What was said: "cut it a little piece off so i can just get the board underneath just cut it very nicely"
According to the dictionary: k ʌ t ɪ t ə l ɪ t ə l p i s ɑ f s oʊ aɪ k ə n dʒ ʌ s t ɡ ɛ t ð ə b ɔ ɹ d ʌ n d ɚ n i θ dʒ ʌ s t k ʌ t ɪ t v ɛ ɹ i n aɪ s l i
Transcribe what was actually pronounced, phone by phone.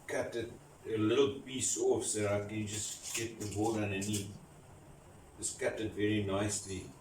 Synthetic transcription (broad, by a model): k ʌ t ɪ t ə l ɪ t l p i s ɑ f s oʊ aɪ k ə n dʒ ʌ s ɡ ɛ t ð ə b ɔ l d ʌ n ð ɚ n i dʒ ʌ s k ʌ t ɪ t v ɛ ɹ i n aɪ s l i